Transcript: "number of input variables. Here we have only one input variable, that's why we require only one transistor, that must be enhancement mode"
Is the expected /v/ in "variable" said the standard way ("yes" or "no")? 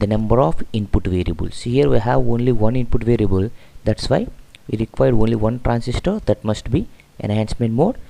yes